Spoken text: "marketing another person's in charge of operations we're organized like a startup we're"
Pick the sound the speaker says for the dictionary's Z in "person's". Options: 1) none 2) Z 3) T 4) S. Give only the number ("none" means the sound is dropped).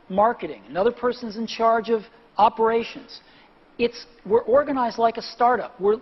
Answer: 2